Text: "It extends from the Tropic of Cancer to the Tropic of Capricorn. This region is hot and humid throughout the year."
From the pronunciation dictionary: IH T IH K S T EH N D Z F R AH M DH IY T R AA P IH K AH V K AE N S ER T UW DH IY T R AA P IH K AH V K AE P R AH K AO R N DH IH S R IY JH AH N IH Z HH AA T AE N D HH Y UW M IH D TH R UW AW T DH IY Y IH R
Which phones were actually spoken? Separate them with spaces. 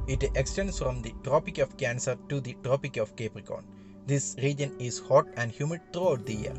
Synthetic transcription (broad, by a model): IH T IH K S T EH N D S F R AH M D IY T R AA P IH K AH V K AE N S ER T UW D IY T R AA P IH K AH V K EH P R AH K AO N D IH S R IY JH AH N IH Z HH AA T AE N D HH Y UW M IH D T R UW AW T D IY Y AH R